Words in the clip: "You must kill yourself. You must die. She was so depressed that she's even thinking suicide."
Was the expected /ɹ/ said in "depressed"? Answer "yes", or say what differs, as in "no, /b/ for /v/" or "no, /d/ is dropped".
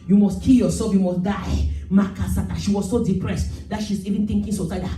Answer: yes